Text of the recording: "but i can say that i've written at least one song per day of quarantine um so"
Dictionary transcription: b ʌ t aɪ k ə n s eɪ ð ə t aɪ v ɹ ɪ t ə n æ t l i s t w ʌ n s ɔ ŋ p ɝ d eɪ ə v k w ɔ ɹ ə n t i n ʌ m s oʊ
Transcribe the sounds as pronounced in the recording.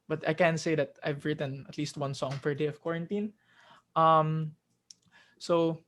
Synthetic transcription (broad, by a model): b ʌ t aɪ k ə n s eɪ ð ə t aɪ v ɹ ɪ t ə n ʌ t l i s t w ʌ n s ɔ ŋ f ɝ d eɪ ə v k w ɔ ɹ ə n t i n ʌ m s oʊ